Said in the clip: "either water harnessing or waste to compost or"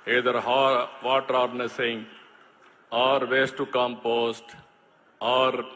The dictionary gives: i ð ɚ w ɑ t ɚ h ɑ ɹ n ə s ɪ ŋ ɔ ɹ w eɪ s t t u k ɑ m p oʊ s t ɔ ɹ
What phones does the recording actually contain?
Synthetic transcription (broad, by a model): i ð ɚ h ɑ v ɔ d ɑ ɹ n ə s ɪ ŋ ɔ ɹ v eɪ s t t u k ɑ m p oʊ s t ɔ ɹ